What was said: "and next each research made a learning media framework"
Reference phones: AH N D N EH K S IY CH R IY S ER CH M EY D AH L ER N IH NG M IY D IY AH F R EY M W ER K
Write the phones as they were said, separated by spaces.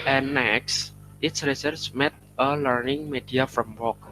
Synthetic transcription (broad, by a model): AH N N EH K S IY S R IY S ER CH M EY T AH L ER N IH NG M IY D IY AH F R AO M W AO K